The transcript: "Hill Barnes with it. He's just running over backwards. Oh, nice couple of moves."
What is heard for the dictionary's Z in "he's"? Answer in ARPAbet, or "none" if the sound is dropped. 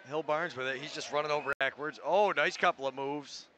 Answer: Z